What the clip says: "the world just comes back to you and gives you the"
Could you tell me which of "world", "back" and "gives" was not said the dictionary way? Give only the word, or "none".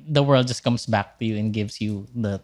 gives